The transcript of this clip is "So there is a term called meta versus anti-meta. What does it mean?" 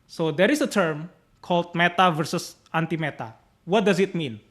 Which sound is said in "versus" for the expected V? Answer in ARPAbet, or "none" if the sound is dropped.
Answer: V